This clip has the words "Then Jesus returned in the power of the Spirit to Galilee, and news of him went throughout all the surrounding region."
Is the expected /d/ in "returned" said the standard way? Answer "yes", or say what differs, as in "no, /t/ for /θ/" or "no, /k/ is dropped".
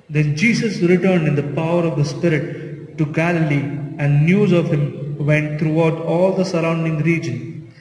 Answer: yes